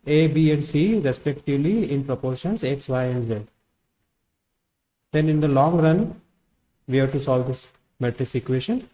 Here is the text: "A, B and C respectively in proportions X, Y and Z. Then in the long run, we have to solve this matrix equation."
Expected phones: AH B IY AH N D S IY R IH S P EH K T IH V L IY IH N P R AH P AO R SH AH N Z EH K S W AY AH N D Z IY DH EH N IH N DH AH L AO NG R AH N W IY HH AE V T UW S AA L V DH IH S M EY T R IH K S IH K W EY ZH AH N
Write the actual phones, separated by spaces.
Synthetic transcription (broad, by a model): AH B IY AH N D S IY R IH S P EH K T IH V L IY IH N P R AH P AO R SH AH N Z EH K S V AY AH N D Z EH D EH N IH N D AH L AO NG R AH N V IY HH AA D T UW S AA L V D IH S M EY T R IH S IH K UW EY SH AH N